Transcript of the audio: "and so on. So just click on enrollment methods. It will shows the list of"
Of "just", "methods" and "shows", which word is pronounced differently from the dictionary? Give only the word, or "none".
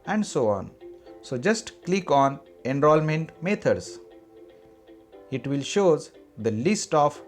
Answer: methods